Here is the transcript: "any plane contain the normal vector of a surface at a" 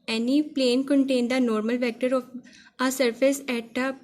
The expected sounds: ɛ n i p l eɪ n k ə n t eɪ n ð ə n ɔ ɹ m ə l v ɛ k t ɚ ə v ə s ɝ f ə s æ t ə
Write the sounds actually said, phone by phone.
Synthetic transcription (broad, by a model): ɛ n i p l eɪ n k ə n t eɪ n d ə n ɔ ɹ m ə l v ɛ k t ɚ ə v ə s ɝ f ə s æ t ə